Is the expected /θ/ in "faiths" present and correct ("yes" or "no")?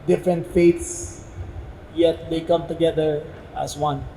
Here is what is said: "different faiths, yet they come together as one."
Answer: no